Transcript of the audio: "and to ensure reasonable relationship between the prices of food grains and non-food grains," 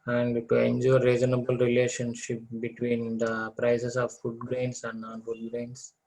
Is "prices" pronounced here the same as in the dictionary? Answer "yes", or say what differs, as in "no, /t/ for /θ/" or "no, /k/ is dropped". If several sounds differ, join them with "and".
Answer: no, /s/ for /z/